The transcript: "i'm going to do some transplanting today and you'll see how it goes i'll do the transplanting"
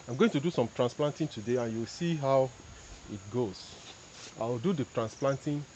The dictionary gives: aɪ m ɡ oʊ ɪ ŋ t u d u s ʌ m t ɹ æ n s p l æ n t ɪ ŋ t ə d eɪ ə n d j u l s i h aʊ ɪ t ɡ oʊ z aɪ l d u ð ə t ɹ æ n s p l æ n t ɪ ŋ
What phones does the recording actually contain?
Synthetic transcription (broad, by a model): aɪ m ɡ oʊ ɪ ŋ t u d u s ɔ m t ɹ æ n s p l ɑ n t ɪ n t ə d eɪ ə n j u w s i h aʊ ɪ t ɡ oʊ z aɪ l d u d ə t ɹ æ n s p l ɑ n t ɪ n